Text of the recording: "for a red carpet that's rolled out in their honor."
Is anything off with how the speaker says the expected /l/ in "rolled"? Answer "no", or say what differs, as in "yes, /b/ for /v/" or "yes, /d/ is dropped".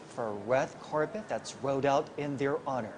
yes, /l/ is dropped